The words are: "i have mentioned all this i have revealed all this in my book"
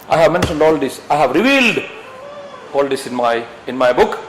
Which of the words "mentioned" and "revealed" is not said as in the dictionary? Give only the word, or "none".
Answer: none